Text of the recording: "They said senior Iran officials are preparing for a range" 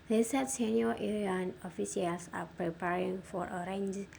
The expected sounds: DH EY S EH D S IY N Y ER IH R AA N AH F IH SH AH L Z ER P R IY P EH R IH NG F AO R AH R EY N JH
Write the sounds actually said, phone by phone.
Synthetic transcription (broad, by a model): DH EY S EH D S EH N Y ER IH AA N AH F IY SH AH L S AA P R IY P EH R IH NG F AO R AH R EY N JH